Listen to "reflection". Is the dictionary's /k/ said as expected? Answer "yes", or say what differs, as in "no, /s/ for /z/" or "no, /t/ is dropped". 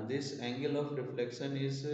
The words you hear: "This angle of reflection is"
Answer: yes